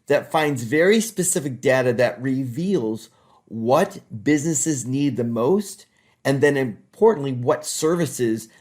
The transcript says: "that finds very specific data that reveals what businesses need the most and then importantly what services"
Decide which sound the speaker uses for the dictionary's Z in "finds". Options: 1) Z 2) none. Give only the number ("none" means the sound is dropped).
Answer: 1